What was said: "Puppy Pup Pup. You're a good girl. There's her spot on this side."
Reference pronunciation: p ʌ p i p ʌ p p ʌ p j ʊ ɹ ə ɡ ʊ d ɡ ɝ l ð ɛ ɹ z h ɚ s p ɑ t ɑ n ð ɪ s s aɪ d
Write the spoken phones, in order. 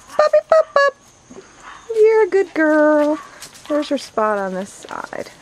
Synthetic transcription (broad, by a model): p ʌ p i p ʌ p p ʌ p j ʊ ɹ ə ɡ ʊ d ɡ ɝ l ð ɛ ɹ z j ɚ s p ɑ t n ð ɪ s s aɪ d